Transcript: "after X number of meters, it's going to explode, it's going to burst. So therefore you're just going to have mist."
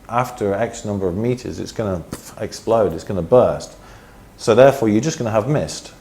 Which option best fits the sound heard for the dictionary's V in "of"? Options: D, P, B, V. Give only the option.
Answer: V